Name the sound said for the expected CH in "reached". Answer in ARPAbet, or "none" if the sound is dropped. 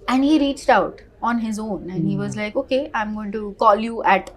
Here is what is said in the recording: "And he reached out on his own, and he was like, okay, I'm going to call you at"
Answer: CH